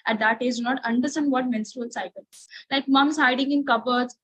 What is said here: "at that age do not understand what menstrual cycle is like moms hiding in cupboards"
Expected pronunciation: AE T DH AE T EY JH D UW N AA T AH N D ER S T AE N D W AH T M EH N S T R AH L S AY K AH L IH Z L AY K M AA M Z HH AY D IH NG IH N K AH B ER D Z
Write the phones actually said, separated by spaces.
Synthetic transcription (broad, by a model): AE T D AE T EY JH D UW N AA T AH N D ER S T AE N D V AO T M EH N S T R AH L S AY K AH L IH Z L AY K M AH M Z HH AY D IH NG IH N K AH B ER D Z